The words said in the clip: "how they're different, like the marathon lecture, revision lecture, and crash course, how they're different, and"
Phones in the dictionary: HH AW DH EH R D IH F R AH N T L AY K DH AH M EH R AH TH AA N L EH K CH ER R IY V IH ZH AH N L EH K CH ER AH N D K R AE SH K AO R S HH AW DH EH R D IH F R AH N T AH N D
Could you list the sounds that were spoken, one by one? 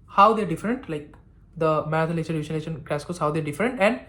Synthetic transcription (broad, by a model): HH AW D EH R D IH F R AH N T L AY K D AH M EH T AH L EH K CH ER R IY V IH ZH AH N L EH CH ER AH N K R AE S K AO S HH AW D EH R D IH F R AH N T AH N D